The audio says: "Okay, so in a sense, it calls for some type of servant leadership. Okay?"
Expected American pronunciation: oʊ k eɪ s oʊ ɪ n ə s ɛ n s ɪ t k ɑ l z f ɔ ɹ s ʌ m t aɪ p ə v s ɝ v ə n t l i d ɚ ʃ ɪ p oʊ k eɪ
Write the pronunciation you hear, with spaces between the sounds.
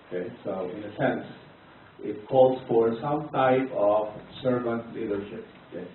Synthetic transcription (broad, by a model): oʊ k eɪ s oʊ ɪ n ə s ɛ n s ɪ t k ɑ l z f ɔ ɹ s ʌ m t aɪ p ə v s ɝ v ə n t l i d ɚ ʃ ɪ p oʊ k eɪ